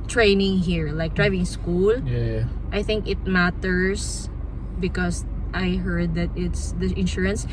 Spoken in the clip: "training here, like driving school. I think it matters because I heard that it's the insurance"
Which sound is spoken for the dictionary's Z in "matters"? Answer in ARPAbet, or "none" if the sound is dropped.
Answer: S